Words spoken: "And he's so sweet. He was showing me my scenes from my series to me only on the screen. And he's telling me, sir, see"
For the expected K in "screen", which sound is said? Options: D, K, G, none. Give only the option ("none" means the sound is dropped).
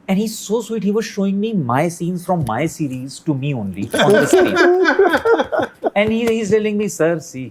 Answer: none